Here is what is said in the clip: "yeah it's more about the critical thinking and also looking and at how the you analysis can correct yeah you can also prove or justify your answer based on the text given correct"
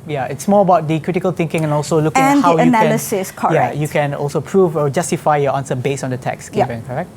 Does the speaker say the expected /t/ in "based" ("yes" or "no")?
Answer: no